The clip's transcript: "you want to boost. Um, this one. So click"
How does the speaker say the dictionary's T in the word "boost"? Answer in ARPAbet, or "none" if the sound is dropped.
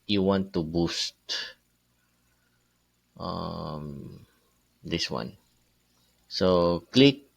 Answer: T